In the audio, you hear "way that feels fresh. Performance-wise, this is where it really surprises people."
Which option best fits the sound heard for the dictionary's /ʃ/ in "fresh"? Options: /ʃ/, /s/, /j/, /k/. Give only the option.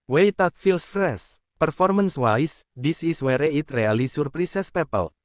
/s/